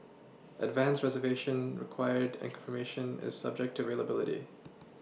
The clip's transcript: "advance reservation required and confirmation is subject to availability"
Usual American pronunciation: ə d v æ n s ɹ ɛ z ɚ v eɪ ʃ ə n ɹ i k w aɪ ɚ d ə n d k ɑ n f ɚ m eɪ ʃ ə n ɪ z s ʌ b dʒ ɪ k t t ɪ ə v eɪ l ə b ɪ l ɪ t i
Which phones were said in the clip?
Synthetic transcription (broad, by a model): ə d v æ n s ɹ ɛ z ɚ v eɪ ʃ ə n ɹ i k w aɪ ɚ d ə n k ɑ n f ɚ m eɪ ʃ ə n ɪ z s ʌ b dʒ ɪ k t t ɪ ə v eɪ l ə b ɪ l ɪ t i